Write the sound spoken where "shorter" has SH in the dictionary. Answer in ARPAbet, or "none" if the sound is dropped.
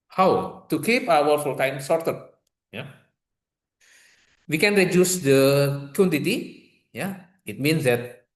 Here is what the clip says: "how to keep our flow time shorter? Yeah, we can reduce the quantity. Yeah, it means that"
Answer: S